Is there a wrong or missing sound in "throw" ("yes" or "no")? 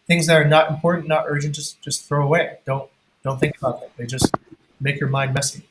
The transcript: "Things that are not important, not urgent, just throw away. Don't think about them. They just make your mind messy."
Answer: no